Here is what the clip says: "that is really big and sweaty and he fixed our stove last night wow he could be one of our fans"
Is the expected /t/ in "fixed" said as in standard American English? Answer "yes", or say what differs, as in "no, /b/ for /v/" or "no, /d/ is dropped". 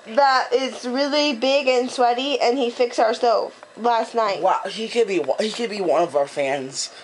no, /t/ is dropped